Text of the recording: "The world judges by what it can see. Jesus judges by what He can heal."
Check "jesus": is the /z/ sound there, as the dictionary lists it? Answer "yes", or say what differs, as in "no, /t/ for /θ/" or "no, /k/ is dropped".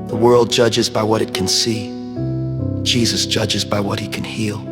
yes